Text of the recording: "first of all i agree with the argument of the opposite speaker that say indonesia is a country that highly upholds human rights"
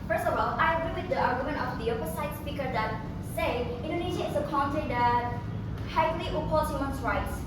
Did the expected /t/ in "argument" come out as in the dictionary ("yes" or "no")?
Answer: no